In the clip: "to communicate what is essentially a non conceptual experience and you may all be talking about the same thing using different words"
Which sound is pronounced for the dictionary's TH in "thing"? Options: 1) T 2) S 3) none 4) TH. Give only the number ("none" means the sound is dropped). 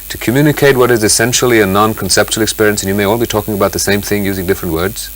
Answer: 4